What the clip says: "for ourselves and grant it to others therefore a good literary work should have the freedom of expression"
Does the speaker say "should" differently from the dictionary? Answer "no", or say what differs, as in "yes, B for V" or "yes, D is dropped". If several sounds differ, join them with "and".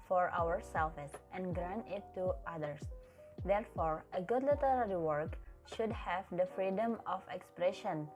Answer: no